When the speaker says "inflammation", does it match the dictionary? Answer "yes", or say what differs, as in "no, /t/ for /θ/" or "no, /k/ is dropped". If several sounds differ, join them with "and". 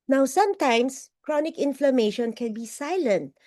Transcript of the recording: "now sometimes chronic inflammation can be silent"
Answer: yes